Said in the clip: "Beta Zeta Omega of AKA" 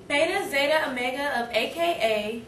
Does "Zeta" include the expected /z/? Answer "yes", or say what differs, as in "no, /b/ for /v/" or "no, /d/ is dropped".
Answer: yes